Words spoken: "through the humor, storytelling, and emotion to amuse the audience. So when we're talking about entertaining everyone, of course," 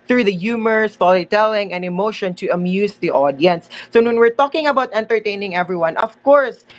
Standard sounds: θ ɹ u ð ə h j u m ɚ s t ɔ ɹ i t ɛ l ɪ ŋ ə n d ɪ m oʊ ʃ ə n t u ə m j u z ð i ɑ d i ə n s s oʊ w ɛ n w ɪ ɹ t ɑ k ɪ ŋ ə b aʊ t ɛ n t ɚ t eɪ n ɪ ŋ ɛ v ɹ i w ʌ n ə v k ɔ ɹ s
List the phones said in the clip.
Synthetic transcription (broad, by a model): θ ɹ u ð ə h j u m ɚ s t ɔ l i t ɛ l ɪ ŋ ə n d ɪ m oʊ ʃ ə n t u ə m j u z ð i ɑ d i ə n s s oʊ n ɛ n w ɪ ɹ t ɑ k ɪ ŋ ə b aʊ t ɛ n t ɚ t eɪ n ɪ ŋ ɛ v ɹ i w ʌ n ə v k ɔ ɹ s